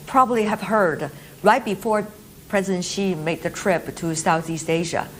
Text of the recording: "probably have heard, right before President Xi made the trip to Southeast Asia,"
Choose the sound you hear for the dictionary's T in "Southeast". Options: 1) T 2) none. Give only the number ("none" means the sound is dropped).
1